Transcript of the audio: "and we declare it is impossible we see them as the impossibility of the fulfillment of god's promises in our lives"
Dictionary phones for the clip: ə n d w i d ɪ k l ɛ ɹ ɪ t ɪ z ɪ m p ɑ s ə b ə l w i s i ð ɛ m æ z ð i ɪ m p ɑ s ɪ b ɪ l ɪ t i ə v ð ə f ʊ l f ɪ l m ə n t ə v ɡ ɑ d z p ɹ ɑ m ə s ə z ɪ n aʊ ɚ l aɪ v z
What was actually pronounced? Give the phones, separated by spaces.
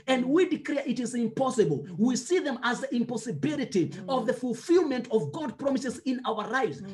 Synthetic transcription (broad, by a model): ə n d w i d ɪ k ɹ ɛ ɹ ɪ t ɪ z ɪ m p ɑ s ə b ə l w i s i ð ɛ m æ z ð i ɪ m p ɑ s ɪ b ɪ l ɪ t i ə v ð ə f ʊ l f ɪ l m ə n t ə v ɡ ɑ d p ɹ ɑ m ə s ə z ɪ n aʊ ɚ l aɪ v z